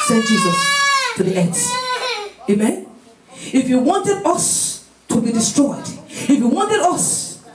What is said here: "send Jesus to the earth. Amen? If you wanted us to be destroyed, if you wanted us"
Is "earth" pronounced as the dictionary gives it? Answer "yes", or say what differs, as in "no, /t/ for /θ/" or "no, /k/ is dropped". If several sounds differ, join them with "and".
no, /s/ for /θ/